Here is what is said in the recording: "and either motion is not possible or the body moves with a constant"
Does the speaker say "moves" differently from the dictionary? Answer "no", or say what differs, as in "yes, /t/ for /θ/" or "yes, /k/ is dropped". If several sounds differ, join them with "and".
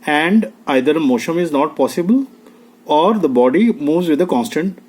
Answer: no